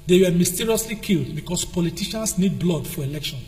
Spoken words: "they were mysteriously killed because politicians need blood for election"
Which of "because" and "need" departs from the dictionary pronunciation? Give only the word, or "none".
because